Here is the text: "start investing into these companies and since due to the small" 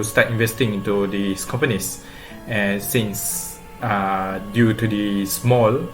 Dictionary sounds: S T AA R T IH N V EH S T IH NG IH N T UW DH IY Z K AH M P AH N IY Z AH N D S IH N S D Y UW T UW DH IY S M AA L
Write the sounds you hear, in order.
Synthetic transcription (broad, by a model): S T AA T IH N V EH S T IH NG IH N T UW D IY S K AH M P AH N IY S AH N S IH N S D Y UW T UW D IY S M AA L